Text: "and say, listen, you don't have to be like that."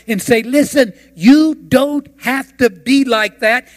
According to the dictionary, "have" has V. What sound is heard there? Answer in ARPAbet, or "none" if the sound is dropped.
F